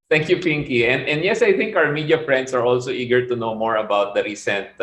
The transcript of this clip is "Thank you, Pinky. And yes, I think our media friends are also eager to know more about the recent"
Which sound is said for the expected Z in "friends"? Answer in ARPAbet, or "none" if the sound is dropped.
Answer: S